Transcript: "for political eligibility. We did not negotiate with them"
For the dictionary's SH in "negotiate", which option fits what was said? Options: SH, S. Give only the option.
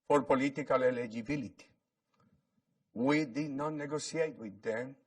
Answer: S